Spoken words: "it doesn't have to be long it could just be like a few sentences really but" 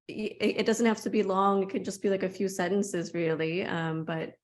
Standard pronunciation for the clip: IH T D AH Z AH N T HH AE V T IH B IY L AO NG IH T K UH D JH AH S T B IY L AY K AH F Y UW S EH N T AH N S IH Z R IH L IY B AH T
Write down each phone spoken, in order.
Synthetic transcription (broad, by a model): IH T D AH Z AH N T HH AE F T IH B IY L AO NG IH T K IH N JH AH S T B IY L AY K AH F Y UW S EH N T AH N S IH Z R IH L IY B AH T